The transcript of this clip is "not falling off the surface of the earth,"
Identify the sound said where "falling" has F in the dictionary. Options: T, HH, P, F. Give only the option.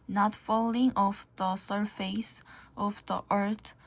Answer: F